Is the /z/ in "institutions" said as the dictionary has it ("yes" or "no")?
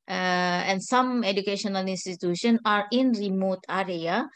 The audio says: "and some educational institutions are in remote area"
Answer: no